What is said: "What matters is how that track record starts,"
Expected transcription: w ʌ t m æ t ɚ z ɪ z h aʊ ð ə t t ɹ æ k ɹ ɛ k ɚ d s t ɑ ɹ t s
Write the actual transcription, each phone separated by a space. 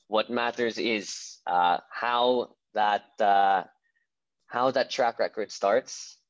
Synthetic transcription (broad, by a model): w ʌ t m æ t ɚ z ɪ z h aʊ ð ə t t ɹ æ k ɹ ɛ k ɚ d s t ɑ ɹ t s